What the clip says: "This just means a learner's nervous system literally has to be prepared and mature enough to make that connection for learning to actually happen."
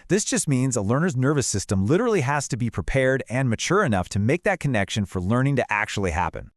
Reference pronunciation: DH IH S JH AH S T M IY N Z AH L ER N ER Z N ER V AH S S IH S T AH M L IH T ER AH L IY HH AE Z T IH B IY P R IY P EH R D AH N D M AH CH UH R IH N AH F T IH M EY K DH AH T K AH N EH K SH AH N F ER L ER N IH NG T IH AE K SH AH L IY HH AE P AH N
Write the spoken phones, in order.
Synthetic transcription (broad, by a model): DH IH S JH AH S T M IY N Z AH L ER N ER Z N ER V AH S S IH S T AH M L IH T ER L IY HH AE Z T IH B IY P R IY P EH R D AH N M AH CH UH R IH N AH F T IH M EY K DH AH T K AH N EH K SH AH N F ER L ER N IH NG T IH AE K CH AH L IY HH AE P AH N